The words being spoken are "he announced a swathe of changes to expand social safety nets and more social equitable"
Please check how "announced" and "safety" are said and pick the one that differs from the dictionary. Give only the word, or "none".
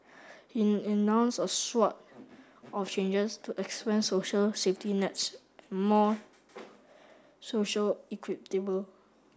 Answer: announced